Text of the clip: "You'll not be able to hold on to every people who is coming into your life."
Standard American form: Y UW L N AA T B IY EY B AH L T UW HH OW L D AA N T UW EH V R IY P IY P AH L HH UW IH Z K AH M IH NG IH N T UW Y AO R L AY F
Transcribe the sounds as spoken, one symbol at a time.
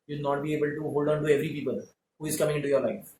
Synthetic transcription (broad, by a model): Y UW N AA T B IY EY B AH L T UW HH OW L D AA N T UW EH V R IY P IY P AH L HH UW IH Z K AH M IH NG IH T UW Y AO R L AY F